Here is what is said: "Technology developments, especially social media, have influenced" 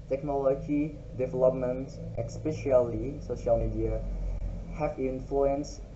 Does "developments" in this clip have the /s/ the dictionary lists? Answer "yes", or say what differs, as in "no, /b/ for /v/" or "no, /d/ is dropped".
no, /s/ is dropped